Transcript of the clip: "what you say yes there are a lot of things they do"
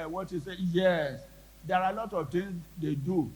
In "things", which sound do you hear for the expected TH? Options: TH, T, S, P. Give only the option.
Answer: T